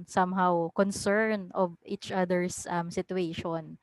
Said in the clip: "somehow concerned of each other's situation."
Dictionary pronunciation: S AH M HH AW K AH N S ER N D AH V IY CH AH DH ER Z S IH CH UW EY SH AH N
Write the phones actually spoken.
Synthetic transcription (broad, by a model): S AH M HH AW K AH N S ER N AH V IY CH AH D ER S S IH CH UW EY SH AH N